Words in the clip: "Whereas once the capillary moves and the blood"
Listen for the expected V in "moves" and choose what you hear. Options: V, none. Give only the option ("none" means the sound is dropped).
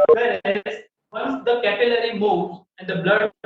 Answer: none